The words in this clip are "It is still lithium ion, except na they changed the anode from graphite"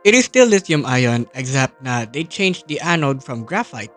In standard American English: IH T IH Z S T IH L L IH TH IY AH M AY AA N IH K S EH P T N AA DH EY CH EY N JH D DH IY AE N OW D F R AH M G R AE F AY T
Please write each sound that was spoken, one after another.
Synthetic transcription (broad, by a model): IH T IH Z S T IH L L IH S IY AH M AY AA N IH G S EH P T N AA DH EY CH EY N JH D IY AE N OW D F R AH M G R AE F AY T